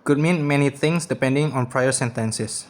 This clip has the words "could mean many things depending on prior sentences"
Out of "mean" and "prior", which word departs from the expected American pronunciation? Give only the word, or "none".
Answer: none